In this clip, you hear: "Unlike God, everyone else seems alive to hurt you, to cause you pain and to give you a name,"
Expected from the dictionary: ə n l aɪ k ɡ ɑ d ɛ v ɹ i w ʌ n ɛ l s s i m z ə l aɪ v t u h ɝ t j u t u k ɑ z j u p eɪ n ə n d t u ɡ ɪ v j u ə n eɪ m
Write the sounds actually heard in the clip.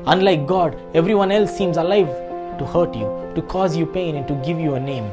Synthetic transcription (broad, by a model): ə n l aɪ k ɡ ɑ d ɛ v ɹ i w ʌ n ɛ l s s i m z ə l aɪ v t u h ɝ t j u t u k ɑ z j u p eɪ n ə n t u ɡ ɪ v j u ə n eɪ m